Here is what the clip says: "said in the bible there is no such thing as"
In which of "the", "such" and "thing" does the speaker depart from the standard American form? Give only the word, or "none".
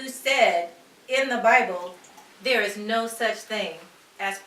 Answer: none